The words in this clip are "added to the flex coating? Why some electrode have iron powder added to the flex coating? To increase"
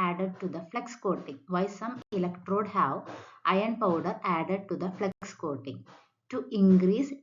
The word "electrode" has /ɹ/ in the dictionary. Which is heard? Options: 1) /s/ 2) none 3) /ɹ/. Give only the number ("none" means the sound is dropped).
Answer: 3